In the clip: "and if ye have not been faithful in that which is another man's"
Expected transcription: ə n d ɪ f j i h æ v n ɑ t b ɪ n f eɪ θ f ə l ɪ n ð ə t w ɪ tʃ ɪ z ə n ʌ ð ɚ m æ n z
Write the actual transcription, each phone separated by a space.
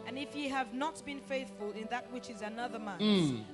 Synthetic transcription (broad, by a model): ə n ɪ f j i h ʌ v n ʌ t b ɪ n f eɪ θ f ə l ɪ n ð ə t w ɪ tʃ ɪ z ə n ʌ ð ɚ m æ